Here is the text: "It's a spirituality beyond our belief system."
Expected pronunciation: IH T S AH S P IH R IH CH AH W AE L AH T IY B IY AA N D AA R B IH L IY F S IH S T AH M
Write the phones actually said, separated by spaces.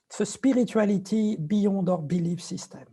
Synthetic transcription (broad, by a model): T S AH S P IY R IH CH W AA L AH T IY B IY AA D AA R B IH L IY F S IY S T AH M